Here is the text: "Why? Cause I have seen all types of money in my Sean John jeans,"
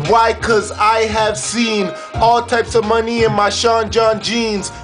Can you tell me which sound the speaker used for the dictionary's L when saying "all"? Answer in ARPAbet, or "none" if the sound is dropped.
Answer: L